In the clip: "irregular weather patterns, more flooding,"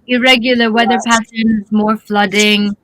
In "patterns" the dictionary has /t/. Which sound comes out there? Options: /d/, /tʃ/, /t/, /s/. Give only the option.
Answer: /s/